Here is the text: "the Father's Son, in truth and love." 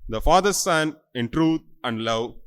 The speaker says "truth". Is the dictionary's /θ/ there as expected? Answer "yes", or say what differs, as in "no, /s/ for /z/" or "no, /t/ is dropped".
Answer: no, /t/ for /θ/